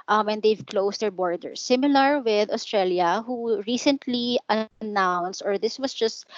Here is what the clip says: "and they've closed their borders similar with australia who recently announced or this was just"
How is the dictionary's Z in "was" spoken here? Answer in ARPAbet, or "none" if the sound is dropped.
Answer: S